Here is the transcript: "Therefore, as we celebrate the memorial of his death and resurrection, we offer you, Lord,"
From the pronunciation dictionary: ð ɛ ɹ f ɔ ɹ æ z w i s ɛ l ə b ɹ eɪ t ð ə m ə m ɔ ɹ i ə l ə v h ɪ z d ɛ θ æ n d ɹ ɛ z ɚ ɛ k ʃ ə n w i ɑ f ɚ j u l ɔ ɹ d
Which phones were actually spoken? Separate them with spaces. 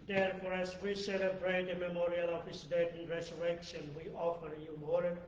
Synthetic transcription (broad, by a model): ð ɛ ɹ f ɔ ɹ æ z w i s ɛ l ə b ɹ eɪ t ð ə m ə m ɔ ɹ i ə l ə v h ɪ s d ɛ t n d ɹ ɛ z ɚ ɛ k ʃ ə n w i ɑ f ɚ j u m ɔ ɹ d